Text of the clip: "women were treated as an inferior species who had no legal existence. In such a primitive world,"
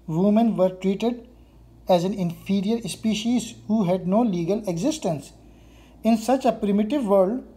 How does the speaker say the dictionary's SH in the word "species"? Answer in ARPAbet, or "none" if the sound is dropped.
SH